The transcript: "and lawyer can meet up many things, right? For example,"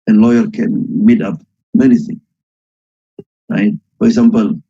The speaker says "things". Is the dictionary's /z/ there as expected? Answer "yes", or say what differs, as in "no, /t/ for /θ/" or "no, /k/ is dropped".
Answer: no, /z/ is dropped